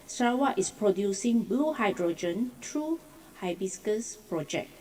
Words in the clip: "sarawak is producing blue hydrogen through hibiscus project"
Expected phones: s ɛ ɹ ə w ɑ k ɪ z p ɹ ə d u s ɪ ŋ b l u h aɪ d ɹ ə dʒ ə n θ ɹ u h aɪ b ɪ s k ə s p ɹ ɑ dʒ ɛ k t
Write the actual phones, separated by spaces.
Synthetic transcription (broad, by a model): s ɹ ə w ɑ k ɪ s p ɹ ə d u s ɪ ŋ b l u h aɪ d ɹ ə dʒ ə n t ɹ u h aɪ b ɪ s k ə s p ɹ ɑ dʒ ɛ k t